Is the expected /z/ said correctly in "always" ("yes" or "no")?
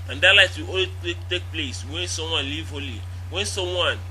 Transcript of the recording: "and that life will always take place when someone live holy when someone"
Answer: no